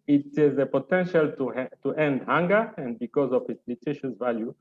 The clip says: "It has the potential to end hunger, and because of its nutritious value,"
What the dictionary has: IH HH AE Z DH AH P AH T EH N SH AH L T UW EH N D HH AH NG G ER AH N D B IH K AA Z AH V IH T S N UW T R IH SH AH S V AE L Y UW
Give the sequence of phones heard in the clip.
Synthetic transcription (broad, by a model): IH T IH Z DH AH P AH T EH N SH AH L T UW EH N D HH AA NG G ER AH N D B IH K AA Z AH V IH T S L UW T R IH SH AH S V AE L Y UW